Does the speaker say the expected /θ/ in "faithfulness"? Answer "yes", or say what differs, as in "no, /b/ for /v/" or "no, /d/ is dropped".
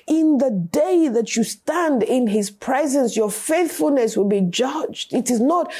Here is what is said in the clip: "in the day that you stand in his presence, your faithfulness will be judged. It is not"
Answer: yes